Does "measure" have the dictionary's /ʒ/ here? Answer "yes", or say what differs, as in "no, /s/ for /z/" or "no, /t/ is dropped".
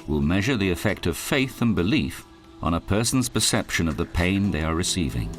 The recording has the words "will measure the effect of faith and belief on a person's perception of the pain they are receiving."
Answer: yes